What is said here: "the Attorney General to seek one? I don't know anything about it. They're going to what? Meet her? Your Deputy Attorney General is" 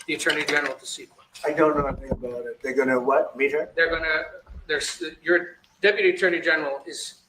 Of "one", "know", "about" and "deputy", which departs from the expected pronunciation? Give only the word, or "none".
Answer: one